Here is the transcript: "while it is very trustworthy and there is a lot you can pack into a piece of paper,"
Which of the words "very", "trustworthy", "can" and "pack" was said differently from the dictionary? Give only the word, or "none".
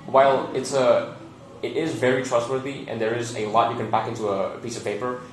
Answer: pack